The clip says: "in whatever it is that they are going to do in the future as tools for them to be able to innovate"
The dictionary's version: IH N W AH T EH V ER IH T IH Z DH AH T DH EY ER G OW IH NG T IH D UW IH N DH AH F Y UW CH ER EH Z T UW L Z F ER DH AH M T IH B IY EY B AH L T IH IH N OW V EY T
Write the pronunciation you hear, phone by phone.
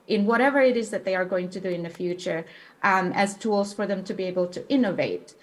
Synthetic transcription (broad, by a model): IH N W AH T EH V ER IH T IH Z DH AH T DH EY ER G OW IH NG T IH D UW IH N DH AH F Y UW CH ER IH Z T UW L Z F ER DH AH M T IH B IY EY B AH L T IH IH N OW V EY T